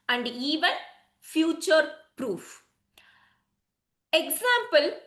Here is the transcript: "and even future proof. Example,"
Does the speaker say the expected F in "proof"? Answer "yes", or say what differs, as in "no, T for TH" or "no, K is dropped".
yes